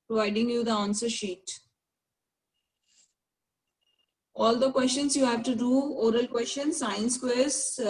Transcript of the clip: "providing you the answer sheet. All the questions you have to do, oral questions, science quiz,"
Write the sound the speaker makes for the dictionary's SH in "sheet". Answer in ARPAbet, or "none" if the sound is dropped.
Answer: SH